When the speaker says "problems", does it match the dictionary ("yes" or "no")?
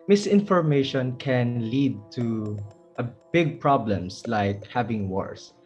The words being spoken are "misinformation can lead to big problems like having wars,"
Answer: no